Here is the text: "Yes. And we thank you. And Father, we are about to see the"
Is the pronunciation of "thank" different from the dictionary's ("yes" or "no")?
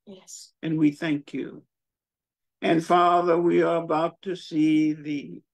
no